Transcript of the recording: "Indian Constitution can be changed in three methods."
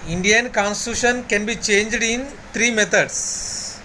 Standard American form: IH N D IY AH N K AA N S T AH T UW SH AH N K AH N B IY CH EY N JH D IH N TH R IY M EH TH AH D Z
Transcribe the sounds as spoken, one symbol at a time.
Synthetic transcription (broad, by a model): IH N D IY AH N K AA N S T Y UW SH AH N K AH N B IY CH EY N JH D IH N T R IY M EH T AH D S